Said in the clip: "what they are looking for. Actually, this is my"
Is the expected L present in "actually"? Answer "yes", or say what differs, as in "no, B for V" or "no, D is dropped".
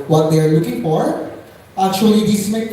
no, L is dropped